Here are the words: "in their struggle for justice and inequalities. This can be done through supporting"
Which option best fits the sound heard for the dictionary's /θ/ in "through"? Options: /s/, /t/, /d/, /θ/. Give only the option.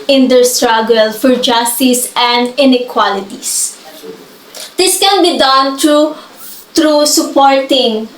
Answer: /t/